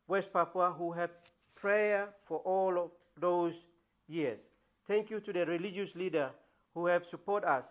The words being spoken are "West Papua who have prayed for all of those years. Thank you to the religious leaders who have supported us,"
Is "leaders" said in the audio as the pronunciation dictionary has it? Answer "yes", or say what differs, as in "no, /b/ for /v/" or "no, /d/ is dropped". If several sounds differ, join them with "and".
no, /z/ is dropped